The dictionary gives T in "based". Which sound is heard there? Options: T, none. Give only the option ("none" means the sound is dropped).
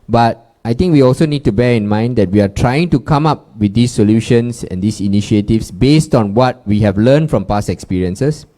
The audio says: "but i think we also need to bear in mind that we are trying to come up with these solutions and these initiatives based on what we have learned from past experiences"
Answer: T